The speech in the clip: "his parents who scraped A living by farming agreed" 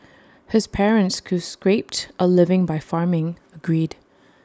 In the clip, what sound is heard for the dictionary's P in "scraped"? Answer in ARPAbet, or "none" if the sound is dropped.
P